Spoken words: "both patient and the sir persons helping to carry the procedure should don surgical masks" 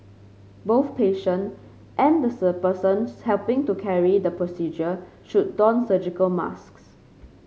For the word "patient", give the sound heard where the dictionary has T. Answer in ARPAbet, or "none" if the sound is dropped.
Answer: T